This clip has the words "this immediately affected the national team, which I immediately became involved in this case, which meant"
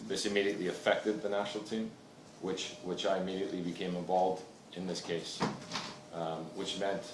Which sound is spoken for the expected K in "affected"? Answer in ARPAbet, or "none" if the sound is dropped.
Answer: K